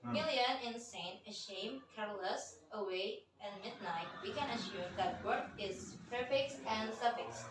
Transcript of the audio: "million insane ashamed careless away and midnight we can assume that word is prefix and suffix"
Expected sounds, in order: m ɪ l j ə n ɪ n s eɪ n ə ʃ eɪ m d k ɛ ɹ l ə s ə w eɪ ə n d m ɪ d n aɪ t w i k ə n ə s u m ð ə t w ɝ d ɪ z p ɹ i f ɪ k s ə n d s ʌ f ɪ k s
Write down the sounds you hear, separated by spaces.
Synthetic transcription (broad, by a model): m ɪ l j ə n ɪ n s eɪ n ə ʃ eɪ m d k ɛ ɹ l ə s ə w eɪ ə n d m ɪ d n aɪ t w i k ə n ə ʃ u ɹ ð ə t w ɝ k ɪ z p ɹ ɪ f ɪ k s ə n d s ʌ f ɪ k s